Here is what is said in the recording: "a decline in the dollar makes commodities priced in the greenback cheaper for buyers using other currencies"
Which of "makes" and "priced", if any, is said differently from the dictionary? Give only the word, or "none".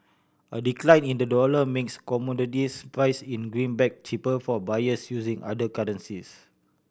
priced